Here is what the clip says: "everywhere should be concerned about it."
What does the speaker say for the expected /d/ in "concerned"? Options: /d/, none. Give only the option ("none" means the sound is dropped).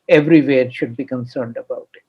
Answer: /d/